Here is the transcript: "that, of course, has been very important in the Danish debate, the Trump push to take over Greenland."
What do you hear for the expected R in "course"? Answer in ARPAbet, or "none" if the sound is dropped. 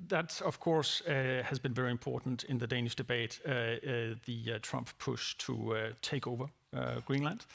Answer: R